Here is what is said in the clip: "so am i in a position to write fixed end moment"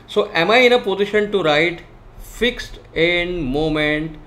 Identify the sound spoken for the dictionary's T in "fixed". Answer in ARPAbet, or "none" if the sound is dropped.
T